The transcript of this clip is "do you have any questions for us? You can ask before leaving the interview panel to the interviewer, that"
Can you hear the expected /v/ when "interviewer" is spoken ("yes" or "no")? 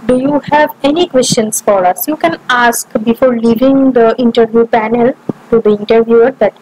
yes